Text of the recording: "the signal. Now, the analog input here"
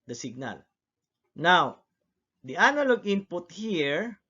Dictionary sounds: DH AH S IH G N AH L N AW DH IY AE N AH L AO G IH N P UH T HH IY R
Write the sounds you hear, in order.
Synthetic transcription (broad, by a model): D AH S IH G N AH L N AW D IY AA N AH L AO G IH N P UH T HH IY R